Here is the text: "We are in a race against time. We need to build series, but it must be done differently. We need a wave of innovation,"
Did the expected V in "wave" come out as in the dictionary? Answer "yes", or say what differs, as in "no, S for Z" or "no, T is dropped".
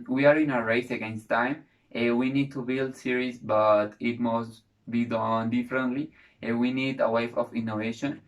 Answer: no, F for V